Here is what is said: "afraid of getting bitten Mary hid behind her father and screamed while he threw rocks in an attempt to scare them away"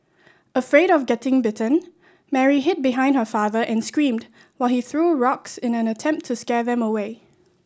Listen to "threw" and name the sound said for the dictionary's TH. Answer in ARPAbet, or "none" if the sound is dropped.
TH